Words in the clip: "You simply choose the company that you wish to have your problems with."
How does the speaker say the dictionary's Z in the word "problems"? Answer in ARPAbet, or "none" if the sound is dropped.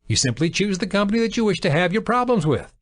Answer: Z